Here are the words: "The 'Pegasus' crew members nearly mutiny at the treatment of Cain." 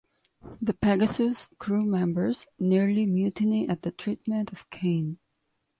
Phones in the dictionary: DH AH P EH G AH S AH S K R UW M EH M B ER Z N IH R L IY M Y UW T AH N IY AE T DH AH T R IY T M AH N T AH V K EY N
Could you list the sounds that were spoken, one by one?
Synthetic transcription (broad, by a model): DH AH P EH G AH S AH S K R UW M EH M B ER Z N IH R L IY M Y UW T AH N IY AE T DH AH T R IY T M AH N T AH V K EY N